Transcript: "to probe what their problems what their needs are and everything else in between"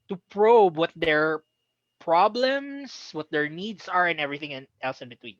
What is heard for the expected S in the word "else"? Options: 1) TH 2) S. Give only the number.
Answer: 2